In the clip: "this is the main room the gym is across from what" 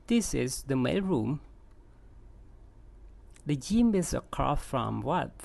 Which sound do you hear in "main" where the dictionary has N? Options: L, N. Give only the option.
L